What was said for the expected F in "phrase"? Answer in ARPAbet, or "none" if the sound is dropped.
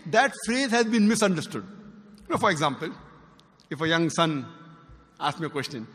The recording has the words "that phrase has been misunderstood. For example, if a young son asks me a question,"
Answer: F